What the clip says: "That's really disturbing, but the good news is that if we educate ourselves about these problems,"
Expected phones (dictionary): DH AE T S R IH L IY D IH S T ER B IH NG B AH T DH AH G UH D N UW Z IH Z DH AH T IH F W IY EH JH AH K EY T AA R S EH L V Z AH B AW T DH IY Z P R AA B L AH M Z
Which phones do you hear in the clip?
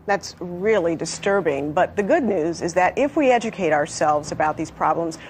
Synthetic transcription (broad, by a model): DH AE T S R IH L IY D IH S T ER B IH NG B AH T DH AH G UH D N UW Z IH Z DH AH T IH F W IY EH JH AH K EY T AA R S EH L V Z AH B AW T DH IY Z P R AA B L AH M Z